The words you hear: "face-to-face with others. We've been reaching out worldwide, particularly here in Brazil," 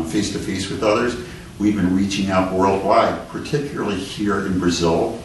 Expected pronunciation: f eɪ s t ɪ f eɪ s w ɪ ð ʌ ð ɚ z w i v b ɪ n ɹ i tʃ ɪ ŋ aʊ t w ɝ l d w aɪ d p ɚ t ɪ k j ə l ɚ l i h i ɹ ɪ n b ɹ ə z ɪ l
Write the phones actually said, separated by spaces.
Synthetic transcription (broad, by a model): f eɪ s t ɪ f eɪ s w ɪ ð ʌ ð ɚ z w i v b ɪ n ɹ i tʃ ɪ ŋ aʊ t w ɝ l d w aɪ d p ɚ t ɪ k j l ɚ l i h i ɹ ɪ n b ɹ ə z ɪ l